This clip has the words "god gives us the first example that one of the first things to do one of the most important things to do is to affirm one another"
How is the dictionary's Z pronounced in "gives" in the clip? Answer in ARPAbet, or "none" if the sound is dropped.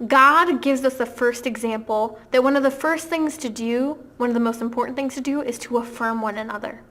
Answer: Z